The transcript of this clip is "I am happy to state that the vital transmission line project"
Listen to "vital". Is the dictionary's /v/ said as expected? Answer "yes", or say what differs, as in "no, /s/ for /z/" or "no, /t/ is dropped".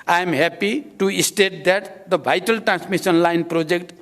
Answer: no, /b/ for /v/